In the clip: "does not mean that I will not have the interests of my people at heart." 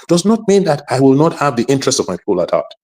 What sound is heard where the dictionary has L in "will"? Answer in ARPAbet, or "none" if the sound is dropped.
L